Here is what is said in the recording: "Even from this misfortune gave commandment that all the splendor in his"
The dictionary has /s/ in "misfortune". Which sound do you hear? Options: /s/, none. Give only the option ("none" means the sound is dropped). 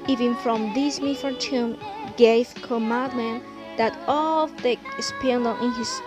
none